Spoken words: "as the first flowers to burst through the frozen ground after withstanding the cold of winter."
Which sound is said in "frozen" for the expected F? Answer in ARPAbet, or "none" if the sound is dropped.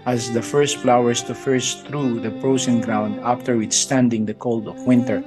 P